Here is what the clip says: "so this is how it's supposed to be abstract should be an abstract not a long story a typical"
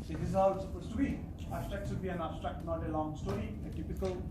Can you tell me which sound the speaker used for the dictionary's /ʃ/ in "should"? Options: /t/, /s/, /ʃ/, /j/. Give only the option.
/s/